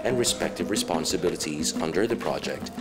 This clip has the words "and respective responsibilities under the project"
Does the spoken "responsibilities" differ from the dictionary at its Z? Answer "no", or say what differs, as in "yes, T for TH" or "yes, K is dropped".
no